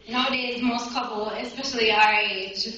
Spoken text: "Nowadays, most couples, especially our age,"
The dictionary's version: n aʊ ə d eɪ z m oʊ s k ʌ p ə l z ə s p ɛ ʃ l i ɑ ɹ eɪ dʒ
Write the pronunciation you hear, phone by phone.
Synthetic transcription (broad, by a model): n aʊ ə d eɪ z m oʊ s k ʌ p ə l ə s p ɛ ʃ l i ɑ ɹ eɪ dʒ